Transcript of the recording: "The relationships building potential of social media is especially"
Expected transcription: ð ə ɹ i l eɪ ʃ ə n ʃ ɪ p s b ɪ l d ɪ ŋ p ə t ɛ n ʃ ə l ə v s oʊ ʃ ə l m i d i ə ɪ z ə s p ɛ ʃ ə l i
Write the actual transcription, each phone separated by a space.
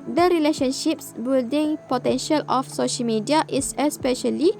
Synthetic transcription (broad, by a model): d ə ɹ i l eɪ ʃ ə n ʃ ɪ p s b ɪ l d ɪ ŋ p ə t ɛ n ʃ ə l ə f s oʊ ʃ ə l m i d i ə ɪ s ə s p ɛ ʃ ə l i